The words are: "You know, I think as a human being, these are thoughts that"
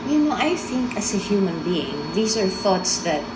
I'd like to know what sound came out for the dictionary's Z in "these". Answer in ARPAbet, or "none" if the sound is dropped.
S